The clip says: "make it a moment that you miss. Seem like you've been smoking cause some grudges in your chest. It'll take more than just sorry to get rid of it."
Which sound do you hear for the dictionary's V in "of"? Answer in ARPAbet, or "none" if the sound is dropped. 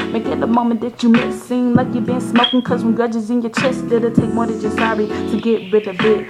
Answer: B